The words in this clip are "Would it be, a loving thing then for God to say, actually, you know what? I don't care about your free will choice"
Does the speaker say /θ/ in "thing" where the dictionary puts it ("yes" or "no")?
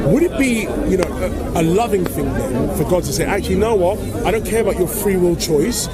yes